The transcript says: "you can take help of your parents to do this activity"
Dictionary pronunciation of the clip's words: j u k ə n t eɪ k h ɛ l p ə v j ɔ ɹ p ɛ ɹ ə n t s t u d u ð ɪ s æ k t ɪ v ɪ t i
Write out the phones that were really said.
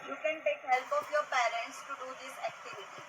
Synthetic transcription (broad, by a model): j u k ə n t eɪ k h ɛ l p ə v j ɔ ɹ p ɛ ɹ ə n t s t u d u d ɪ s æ k t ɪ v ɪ t i